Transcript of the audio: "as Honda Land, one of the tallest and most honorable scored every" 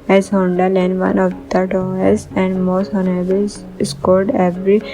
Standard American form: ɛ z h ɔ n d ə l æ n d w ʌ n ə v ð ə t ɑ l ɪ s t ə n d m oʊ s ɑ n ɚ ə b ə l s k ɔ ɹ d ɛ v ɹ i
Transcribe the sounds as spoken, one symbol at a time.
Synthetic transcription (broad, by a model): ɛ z h ɔ n d ə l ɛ n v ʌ n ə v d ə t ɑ ɪ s ə n d m oʊ s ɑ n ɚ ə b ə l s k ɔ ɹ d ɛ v ɹ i